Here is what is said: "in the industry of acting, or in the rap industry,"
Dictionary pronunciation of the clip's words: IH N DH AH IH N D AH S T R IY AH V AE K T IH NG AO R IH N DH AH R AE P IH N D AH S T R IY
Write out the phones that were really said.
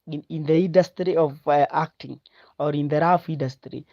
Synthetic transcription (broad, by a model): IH N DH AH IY N D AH S T R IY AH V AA K T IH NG AO R IH N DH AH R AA F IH N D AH S T R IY